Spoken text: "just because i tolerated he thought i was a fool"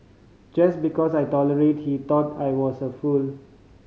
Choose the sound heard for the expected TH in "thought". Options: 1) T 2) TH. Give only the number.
1